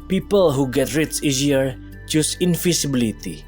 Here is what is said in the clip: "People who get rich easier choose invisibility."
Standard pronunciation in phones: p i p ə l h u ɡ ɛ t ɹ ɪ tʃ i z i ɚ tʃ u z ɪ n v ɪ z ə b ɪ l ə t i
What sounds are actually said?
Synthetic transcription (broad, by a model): p i p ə l h u ɡ ɛ t ɹ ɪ s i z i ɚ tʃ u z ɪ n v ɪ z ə b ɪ l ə t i